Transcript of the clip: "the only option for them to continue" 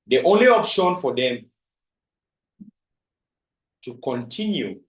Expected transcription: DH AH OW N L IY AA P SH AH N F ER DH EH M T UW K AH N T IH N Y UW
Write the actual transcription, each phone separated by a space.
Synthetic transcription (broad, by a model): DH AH OW N L IY AA P SH AH N F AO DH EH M T UW K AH N T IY N Y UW